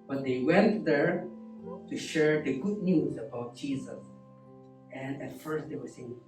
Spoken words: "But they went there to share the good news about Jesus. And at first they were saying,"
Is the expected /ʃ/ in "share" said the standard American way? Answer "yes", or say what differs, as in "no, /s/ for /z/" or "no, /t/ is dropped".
yes